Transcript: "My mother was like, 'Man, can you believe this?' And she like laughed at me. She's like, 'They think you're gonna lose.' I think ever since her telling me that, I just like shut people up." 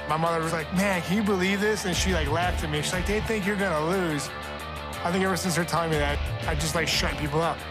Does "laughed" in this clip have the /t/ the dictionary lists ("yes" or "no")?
yes